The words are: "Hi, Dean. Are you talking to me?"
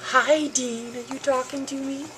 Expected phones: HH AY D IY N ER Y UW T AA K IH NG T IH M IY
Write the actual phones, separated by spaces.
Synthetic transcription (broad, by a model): HH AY D IY N ER Y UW T AA K IH NG T IH M IY